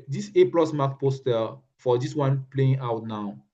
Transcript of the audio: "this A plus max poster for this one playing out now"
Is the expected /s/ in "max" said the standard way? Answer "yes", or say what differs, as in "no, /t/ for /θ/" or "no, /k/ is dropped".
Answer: no, /s/ is dropped